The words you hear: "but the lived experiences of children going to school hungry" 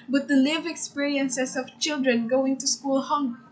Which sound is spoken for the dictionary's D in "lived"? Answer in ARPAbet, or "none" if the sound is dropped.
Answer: none